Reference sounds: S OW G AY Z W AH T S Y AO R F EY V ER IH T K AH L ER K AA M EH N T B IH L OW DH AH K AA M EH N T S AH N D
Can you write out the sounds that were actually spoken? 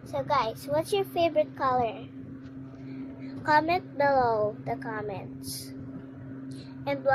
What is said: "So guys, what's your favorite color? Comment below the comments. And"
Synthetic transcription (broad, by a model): S OW G AY S W AH T S Y AO R F EY V ER IH T K AH L ER K AA M EH N T B IH L OW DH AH K AA M EH N T S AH N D